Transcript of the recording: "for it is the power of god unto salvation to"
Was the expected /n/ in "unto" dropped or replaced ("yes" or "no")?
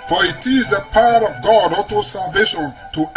yes